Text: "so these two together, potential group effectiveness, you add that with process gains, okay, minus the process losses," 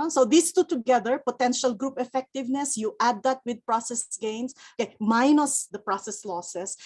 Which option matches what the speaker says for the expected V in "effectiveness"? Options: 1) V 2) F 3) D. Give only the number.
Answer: 1